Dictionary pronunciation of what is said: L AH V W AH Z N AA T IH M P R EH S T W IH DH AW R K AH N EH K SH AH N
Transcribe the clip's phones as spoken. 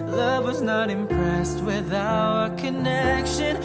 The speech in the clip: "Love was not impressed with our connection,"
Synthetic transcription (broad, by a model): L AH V W AH Z N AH T IH M P R EH S T W IH DH AW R K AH N EH K SH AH N